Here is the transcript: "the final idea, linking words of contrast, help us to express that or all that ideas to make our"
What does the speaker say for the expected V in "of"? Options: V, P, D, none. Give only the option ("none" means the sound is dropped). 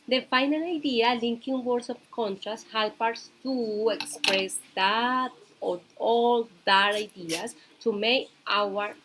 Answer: P